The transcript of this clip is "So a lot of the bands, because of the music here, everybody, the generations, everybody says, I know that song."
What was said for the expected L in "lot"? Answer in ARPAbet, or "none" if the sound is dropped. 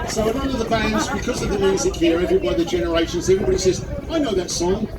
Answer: N